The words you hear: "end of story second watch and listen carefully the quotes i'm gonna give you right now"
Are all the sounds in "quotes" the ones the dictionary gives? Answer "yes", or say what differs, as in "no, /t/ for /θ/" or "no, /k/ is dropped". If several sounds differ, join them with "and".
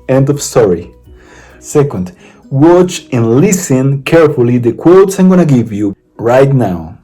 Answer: yes